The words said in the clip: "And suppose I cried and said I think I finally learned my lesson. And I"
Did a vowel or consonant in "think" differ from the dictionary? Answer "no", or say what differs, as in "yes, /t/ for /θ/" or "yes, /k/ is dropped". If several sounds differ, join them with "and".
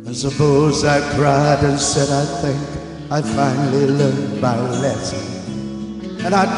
no